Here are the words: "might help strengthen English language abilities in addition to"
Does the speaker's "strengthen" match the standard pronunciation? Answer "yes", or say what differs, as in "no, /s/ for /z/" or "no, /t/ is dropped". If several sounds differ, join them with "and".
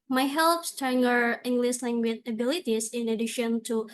no, /ɹ/ is dropped